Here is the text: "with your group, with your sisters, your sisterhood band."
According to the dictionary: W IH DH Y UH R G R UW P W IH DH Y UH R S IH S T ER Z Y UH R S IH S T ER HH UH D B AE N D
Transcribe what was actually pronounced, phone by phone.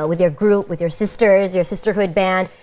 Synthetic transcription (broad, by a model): W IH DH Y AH R G R UW P W IH DH Y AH R S IH S T ER Z Y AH R S IH S T ER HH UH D B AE N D